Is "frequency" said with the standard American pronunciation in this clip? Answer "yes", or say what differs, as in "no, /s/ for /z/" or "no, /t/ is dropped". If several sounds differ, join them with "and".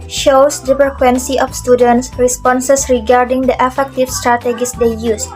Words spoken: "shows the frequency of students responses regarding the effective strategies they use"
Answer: no, /p/ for /f/